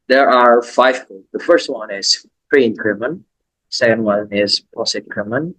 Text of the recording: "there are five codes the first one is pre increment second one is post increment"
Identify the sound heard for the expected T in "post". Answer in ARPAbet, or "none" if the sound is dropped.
none